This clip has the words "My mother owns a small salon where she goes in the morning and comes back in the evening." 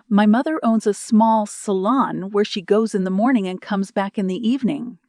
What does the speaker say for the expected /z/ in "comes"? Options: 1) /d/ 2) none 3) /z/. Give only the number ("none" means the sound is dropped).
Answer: 3